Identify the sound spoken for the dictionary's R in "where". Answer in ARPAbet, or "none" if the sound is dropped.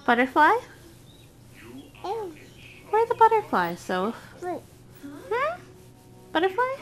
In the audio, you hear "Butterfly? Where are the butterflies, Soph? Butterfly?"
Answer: W